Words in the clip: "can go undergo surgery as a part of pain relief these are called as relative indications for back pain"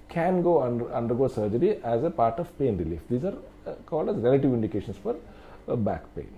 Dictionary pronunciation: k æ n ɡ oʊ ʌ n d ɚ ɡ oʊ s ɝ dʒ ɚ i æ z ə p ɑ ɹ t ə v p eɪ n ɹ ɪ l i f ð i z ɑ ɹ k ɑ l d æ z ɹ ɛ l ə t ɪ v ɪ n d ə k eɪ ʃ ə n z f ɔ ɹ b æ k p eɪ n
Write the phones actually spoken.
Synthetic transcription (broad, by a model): k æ n ɡ oʊ ʌ n d ɚ ɡ oʊ s ɝ dʒ ɚ i æ z ə p ɑ ɹ t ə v p eɪ n ɹ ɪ l i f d i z ɑ ɹ k ɑ l d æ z ɹ ɛ l ə t ɪ v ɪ n d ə k eɪ ʃ ə n s f ɔ ɹ b æ k p eɪ n